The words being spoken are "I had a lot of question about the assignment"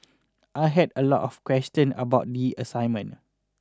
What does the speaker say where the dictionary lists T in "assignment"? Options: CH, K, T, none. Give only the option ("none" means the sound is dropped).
none